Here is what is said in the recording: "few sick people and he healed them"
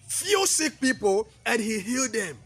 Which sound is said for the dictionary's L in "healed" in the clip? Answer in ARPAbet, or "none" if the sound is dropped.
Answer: L